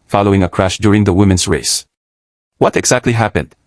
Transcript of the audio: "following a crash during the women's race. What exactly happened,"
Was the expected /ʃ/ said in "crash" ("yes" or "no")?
yes